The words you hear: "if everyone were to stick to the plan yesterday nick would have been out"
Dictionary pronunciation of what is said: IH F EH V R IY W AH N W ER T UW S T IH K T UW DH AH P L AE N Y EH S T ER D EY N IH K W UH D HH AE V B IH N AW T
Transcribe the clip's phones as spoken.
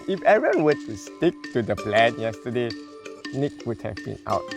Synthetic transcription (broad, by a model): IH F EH R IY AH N W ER T UW S T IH K T UW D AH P L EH N Y EH S T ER D EY N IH K W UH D HH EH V B IH N AW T